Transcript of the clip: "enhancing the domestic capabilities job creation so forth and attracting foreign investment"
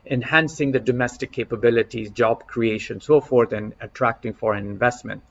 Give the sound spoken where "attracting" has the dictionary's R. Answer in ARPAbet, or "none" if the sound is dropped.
R